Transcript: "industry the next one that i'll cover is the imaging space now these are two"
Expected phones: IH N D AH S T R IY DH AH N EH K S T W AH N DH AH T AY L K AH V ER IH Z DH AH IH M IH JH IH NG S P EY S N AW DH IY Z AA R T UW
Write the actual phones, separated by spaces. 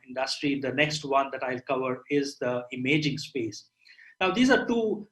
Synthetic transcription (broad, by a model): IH N D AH S T R IY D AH N EH K S T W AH N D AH T AY L K AH V ER IH Z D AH IH M IH JH IH NG S P EY S N AW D IY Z AA R T UW